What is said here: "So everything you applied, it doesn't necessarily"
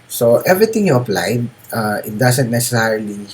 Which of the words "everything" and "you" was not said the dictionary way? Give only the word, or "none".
everything